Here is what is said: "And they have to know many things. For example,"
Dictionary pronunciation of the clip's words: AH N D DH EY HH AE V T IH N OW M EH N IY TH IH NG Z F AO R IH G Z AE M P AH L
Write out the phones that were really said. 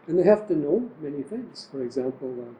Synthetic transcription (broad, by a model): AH N DH EY HH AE F T IH N OW M EH N IY TH IH NG Z F AO R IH G Z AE M P L